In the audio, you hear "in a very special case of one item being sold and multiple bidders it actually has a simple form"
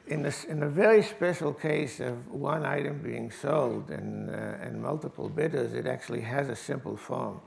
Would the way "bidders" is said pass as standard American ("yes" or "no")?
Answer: yes